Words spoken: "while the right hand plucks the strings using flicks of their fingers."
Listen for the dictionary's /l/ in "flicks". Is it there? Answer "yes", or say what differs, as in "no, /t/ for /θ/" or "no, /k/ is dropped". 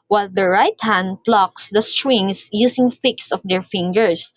no, /l/ is dropped